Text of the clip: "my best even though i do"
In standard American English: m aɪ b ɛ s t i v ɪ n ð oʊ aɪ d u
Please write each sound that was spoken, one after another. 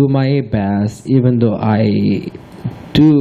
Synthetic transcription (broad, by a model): m aɪ b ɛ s i v ɪ n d oʊ aɪ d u